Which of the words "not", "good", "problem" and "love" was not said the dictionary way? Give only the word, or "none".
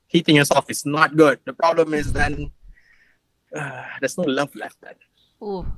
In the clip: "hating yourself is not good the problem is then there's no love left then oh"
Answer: love